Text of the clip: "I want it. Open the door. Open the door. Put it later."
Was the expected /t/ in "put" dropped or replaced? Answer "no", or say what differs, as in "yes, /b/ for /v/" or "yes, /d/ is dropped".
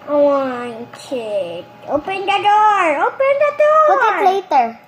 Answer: yes, /t/ is dropped